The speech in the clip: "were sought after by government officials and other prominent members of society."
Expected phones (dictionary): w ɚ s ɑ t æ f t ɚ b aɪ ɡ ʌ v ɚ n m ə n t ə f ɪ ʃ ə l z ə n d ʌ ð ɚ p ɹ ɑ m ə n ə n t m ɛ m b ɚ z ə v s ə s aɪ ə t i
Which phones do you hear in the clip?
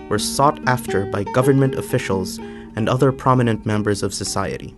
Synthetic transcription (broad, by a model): w ɚ s ɑ t æ f t ɚ b aɪ ɡ ʌ v ɚ n m ə n t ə f ɪ ʃ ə l z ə n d ʌ ð ɚ p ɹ ɑ m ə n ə n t m ɛ m b ɚ z ə v s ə s aɪ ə t i